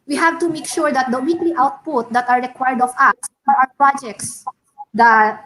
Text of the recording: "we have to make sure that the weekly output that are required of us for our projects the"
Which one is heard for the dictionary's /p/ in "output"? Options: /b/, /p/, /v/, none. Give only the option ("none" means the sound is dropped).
/p/